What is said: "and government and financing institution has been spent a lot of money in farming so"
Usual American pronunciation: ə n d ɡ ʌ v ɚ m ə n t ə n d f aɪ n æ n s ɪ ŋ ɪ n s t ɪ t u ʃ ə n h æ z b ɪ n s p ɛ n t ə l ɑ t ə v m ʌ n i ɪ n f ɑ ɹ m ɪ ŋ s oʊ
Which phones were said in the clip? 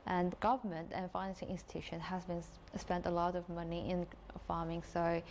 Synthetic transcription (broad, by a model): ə n ɡ ʌ v ɚ m ə n t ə n f aɪ n æ n s ɪ ŋ ɪ n s t ɪ t u ʃ ə n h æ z b ɪ n s p ɛ n t ə l ɑ t ə v m ʌ n i ɪ n f ɑ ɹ m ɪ ŋ s oʊ